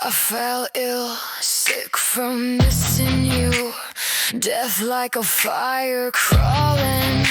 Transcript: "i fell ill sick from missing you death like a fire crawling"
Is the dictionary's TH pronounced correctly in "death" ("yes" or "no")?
yes